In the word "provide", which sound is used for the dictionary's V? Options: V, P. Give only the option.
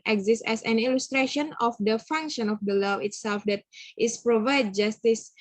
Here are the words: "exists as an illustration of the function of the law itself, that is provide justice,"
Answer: V